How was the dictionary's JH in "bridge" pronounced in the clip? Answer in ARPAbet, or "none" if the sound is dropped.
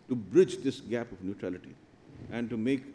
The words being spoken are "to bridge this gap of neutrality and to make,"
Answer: JH